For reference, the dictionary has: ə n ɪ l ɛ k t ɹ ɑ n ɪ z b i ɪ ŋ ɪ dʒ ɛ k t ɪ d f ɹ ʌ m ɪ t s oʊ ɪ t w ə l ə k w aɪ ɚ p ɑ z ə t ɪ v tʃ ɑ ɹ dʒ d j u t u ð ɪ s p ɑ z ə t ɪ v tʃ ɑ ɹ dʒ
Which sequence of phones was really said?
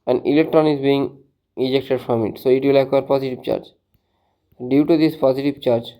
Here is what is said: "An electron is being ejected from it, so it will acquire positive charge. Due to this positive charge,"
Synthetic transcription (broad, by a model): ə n ɪ l ɛ k t ɹ ɑ n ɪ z b i ɪ ŋ ɪ dʒ ɛ k t ɪ d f ɹ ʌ m ɪ t s oʊ ɪ t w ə l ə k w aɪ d p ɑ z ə t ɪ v tʃ ɑ ɹ dʒ d j u t u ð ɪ s p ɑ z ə t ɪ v tʃ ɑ ɹ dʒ